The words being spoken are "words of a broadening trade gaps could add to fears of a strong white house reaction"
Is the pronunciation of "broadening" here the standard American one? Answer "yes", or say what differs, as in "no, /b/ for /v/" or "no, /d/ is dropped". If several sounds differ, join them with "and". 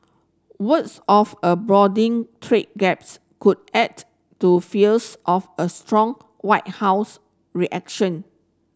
no, /n/ is dropped